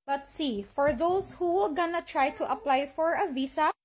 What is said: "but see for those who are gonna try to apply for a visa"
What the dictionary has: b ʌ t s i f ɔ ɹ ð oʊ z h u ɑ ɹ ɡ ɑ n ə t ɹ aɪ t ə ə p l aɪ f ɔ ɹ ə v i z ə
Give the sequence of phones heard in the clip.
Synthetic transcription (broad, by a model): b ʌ t s i f ɔ ɹ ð oʊ s h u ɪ l ɡ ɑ n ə t ɹ aɪ t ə ə p l aɪ f ɔ ɹ ə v i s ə